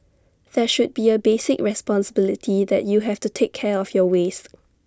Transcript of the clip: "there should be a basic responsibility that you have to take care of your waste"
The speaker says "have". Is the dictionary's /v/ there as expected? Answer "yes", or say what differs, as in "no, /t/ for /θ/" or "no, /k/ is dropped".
no, /f/ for /v/